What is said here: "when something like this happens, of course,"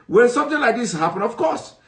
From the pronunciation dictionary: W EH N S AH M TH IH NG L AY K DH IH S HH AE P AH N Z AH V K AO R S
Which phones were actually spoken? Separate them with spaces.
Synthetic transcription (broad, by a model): W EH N S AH M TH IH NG L AY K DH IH S HH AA P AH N AH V K AO S